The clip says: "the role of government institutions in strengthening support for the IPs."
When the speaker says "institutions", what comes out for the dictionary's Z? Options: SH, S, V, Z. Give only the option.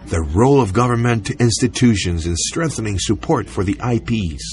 Z